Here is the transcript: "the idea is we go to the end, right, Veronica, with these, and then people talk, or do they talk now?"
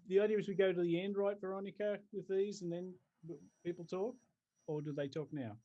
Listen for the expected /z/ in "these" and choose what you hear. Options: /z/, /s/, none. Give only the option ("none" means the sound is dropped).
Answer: /z/